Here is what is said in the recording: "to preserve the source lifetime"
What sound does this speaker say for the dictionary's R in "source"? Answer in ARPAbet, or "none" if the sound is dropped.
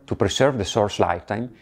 R